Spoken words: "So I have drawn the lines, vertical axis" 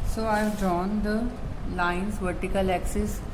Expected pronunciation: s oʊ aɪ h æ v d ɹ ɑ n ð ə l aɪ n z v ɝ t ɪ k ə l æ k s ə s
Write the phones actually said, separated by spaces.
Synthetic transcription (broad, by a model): s oʊ aɪ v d ɑ n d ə l aɪ n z v ɝ t ɪ k ə l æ k s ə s